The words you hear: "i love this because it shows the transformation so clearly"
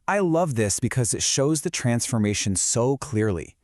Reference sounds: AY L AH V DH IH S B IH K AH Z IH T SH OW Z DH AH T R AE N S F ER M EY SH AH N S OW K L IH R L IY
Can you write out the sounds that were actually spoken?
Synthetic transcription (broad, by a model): AY L AH V DH IH S B IH K AH Z IH T SH OW Z DH AH T R AE N S F ER M EY SH AH N S OW K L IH R L IY